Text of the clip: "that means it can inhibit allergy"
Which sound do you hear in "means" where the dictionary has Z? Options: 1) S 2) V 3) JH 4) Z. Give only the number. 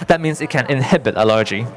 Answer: 1